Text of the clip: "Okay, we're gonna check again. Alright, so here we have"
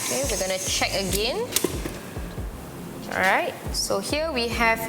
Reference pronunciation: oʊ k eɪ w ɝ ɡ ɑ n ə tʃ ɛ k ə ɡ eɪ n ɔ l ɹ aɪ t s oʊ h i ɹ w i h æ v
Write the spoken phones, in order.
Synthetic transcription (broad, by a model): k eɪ w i ɡ ɑ n ə tʃ ɛ k ə ɡ eɪ n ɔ ɹ aɪ t s oʊ h i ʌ w i h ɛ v